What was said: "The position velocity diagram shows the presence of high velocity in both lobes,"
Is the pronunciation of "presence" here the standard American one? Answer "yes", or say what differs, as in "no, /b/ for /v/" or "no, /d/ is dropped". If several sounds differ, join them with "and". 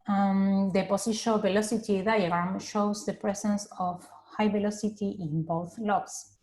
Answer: no, /s/ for /z/